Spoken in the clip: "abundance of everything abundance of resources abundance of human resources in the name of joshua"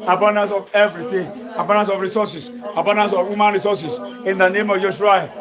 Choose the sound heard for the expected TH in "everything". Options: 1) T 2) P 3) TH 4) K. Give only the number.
1